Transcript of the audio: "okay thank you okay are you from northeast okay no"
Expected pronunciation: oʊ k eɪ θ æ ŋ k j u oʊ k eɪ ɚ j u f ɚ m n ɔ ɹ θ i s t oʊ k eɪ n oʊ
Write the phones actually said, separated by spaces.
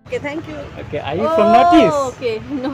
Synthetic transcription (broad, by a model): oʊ k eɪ t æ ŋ k j u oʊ k eɪ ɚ j u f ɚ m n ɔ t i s oʊ k eɪ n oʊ